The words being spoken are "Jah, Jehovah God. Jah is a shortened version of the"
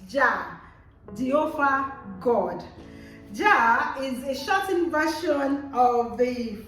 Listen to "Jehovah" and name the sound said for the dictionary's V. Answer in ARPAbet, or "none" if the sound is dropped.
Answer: F